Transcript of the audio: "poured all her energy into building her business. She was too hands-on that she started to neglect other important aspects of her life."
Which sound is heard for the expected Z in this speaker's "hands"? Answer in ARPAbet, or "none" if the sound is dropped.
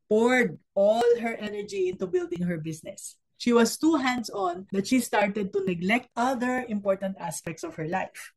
S